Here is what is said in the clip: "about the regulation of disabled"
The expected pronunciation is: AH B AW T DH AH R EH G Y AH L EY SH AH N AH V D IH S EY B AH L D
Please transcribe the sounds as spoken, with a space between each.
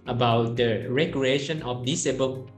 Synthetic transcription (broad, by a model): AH B AW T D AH R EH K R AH EY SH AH N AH F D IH S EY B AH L